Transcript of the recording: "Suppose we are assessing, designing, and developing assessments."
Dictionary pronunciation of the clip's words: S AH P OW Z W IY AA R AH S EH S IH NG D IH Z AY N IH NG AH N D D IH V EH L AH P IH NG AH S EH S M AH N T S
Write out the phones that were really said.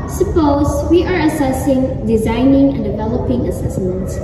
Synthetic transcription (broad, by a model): S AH P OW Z W IY AA R AH S EH S IH NG D IH Z AY N IH NG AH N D D IH V EH L AH P IH NG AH S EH S M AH N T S